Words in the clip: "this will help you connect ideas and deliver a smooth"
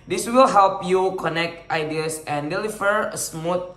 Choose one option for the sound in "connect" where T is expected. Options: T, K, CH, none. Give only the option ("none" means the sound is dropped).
T